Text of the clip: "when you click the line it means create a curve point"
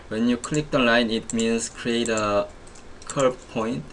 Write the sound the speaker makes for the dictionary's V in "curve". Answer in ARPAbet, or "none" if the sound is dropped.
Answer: B